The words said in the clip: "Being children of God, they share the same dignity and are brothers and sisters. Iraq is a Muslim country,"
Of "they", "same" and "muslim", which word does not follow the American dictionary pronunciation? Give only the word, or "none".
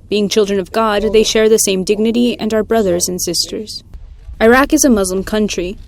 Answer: none